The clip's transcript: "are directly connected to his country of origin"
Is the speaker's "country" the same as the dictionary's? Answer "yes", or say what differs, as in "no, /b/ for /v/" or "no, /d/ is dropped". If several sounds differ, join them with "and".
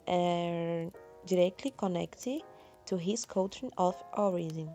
no, /n/ is dropped